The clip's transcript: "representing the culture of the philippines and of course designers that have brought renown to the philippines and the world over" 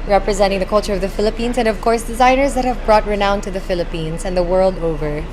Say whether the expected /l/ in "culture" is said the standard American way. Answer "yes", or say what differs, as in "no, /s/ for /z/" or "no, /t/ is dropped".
yes